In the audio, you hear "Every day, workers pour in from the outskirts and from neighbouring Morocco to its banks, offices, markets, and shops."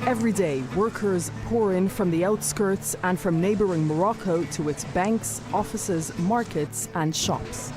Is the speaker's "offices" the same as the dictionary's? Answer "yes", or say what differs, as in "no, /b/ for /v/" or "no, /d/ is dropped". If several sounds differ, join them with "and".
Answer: yes